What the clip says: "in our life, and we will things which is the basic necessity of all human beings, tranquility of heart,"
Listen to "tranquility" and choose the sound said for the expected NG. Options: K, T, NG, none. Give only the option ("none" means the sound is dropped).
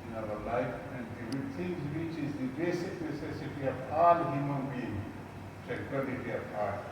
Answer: none